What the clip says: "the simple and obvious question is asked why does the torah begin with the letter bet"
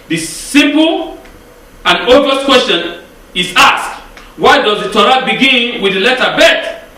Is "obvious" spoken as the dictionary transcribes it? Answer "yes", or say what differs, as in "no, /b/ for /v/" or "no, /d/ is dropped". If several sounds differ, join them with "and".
no, /b/ is dropped